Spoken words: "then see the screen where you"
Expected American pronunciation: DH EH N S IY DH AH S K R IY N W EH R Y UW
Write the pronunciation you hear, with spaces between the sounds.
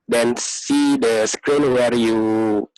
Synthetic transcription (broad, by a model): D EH N S IY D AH S K R IY N W EH R Y UW